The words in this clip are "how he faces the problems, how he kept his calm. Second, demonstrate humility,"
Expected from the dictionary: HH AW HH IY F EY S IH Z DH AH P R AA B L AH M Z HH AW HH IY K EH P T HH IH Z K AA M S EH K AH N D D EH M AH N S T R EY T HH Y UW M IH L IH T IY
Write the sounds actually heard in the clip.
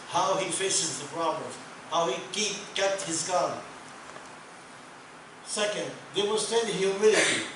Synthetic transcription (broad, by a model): HH AW HH IY F EY S IH Z DH AH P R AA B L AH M HH AW HH IY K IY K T HH IH Z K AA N S EH K AH N D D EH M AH S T EY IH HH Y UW M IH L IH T IY